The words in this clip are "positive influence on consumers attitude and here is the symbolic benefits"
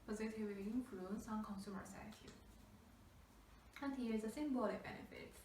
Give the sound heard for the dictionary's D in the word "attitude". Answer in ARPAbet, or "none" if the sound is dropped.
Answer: none